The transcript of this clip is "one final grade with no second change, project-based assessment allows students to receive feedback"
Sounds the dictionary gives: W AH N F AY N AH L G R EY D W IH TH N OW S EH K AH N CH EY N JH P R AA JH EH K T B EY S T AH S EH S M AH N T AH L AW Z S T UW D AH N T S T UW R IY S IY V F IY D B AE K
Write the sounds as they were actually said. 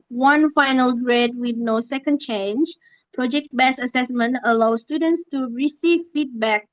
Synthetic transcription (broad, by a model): W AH N F AY N AH L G R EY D W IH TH N OW S EH K AH N CH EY N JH P R AA JH EH K T B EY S AH S EH S M AH N T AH L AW S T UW D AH N T S T UW R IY S IY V F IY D B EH K